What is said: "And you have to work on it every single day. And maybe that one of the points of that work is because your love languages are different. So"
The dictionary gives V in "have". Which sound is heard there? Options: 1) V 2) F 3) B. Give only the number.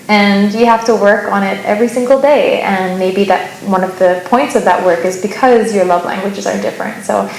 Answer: 2